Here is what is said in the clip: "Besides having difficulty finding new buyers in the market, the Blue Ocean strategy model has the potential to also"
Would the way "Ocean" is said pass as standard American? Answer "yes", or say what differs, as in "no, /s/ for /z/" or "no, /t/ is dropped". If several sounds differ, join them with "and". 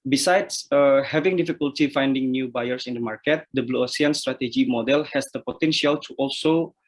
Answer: no, /s/ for /ʃ/